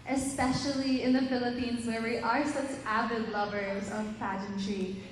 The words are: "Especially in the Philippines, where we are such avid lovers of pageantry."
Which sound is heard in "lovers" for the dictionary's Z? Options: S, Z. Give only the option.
Z